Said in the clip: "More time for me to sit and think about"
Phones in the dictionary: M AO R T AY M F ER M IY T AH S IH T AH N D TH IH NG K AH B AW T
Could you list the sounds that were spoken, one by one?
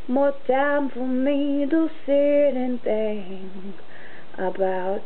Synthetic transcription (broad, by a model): M AO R T AY M F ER M IY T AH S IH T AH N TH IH NG AH B AW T